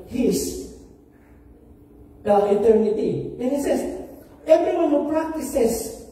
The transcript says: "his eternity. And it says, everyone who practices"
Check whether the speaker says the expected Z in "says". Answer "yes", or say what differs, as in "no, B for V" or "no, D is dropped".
no, S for Z